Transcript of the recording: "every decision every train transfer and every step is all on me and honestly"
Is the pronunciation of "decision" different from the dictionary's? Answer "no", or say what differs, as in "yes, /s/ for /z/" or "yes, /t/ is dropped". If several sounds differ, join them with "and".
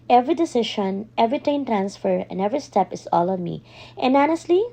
yes, /ʃ/ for /ʒ/